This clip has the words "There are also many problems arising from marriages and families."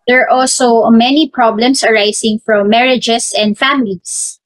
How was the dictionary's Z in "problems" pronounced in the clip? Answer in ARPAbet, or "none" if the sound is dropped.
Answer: S